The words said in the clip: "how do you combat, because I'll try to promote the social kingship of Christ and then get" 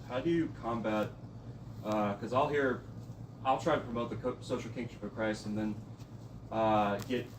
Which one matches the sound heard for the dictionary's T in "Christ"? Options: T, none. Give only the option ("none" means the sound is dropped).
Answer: none